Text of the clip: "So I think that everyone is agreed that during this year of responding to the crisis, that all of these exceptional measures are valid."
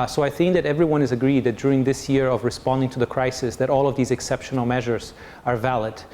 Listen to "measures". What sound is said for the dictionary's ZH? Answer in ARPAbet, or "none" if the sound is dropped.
ZH